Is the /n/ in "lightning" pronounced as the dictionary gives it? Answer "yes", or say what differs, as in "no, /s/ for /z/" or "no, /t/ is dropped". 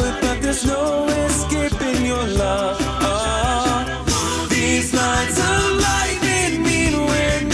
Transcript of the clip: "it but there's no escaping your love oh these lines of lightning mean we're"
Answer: no, /n/ is dropped